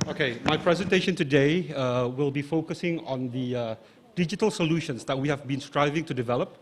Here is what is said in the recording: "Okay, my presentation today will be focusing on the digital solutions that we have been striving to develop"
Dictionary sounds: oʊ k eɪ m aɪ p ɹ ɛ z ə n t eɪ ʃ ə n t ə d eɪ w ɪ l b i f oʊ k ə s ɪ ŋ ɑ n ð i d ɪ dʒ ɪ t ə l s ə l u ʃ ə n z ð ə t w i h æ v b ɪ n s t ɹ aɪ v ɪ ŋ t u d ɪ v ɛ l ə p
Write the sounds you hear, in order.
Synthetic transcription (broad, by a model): oʊ k eɪ m aɪ p ɹ ɛ z ə n t eɪ ʃ ə n t ə d eɪ w ɪ l b i f oʊ k ə s ɪ ŋ ɑ n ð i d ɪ dʒ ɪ t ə l s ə l u ʃ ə n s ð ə t w i h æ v b ɪ n s t ɹ aɪ v ɪ ŋ t u d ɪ v ɛ l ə p